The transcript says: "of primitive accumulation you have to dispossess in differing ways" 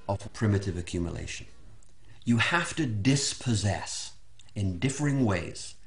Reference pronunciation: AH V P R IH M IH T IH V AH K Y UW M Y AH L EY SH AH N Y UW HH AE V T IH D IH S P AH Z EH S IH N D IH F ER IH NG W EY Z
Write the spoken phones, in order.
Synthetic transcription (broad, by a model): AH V P R IH M IH T IH V AH K Y UW M Y AH L EY SH AH N Y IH HH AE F T IH D IH S P AH Z EH S IH N D IH F ER IH NG W EY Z